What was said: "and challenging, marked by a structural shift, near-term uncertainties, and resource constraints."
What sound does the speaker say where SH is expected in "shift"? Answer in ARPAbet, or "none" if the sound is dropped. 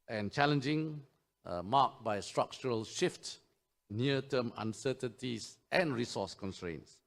SH